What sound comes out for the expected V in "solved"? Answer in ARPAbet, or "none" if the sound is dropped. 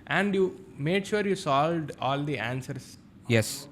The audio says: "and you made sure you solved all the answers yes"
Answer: V